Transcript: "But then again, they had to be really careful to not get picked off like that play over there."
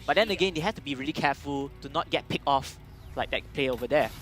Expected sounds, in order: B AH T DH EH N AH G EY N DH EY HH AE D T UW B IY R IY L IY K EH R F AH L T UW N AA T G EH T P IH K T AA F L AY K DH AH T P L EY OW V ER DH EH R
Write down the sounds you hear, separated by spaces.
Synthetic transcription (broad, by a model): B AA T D EH N AH G EY N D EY HH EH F T UW B IY R IY L IY K EH F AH L T UW N AA T G EH T P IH K AA F L AY K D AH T P L EY OW V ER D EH